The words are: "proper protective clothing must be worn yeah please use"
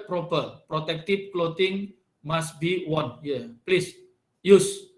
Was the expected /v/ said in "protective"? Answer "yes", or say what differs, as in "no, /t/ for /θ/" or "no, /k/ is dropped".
no, /p/ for /v/